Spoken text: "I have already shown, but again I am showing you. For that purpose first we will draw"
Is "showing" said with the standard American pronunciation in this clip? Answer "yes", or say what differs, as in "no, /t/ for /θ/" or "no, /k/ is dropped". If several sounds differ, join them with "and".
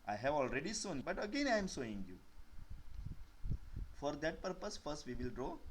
no, /s/ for /ʃ/